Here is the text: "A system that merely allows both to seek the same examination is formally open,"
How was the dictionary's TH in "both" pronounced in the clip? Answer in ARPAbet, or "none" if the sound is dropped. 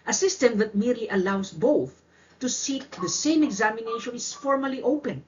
TH